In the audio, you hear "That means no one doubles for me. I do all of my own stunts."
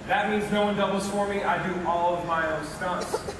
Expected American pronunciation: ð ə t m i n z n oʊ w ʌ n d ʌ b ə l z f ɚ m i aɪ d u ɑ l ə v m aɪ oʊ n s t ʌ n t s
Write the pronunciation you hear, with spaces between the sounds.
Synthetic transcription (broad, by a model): ð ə t m i n z n oʊ w ʌ n d ʌ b l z f ɚ m i aɪ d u ɑ l ə v m aɪ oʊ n s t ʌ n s